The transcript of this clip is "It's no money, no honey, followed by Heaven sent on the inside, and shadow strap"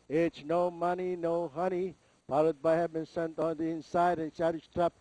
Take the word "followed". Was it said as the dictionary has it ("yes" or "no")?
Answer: no